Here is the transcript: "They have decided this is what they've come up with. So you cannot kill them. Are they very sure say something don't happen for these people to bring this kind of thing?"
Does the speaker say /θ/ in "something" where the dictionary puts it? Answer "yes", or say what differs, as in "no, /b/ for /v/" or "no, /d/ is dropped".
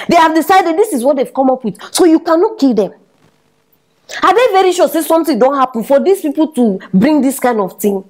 no, /t/ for /θ/